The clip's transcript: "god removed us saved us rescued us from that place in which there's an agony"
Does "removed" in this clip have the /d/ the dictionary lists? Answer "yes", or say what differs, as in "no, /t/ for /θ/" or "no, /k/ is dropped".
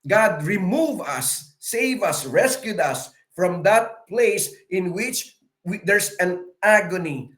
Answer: no, /d/ is dropped